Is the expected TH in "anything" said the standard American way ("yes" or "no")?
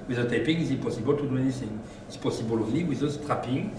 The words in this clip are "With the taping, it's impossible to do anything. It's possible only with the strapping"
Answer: no